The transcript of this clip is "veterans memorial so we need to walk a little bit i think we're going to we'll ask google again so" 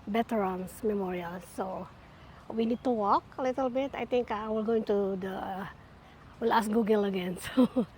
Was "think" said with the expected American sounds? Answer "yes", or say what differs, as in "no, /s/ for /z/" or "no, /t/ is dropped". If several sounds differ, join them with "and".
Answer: no, /t/ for /θ/